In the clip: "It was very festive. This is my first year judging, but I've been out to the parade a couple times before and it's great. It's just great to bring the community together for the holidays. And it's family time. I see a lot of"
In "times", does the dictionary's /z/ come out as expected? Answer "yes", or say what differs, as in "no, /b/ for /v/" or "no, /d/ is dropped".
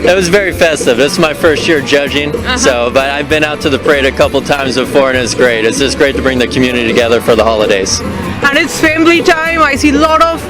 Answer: yes